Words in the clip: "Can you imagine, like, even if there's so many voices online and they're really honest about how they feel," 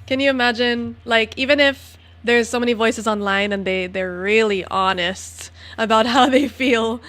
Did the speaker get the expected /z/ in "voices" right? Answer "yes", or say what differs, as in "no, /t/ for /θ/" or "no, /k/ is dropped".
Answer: yes